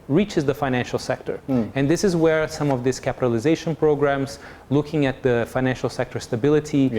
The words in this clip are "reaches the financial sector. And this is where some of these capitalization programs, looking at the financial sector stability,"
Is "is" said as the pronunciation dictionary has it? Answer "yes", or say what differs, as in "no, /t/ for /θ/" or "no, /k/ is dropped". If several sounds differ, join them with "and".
yes